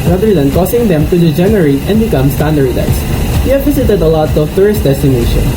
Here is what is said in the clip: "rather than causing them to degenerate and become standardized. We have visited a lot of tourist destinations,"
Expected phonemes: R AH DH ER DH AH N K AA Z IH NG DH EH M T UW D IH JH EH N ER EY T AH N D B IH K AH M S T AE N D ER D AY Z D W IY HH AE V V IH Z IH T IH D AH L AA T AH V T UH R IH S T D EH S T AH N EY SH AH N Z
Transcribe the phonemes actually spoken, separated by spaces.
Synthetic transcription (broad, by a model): R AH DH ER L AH N K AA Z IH NG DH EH M T UW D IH JH EH N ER EY T AH N D B IH K AH M S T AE N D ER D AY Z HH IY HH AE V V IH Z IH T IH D AH L AA T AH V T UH R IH S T D EH S T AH N EY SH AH N